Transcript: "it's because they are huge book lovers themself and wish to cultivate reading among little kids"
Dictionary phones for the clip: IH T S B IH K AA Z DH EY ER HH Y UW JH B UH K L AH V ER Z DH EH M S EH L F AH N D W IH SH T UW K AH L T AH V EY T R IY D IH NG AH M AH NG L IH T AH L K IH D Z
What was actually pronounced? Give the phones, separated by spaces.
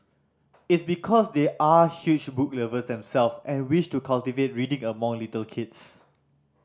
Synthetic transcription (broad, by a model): IH T S B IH K AA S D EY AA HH Y UW CH B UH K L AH V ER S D EH M S EH L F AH N W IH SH T UW K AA L T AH V EY T R IY D IH NG AH M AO NG L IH T AH L K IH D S